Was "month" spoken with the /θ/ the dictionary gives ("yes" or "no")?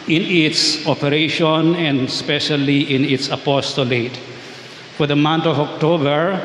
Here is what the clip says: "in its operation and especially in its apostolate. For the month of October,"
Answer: no